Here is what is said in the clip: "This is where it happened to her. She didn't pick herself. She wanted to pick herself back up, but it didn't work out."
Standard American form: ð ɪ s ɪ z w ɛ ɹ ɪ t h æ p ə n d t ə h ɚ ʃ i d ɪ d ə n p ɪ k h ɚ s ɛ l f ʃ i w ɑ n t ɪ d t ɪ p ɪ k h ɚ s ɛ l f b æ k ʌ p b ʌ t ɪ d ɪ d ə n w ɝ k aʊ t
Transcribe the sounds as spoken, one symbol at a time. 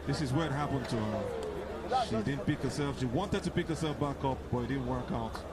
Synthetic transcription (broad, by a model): ð ɪ s ɪ z w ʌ ɹ ɪ t h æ p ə n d t ə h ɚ ʃ i d ɪ d n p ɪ k h ɚ s ɛ l f ʃ i w ɑ n t ɪ d t ɪ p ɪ k h ɚ s ɛ l f b æ k ʌ p b ʌ t ɪ d ɪ d n w ɝ k aʊ t